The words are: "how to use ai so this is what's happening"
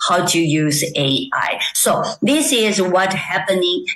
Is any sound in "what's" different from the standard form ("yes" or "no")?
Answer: yes